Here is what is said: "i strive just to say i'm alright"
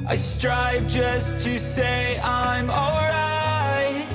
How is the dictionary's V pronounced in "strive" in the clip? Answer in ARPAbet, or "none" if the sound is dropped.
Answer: V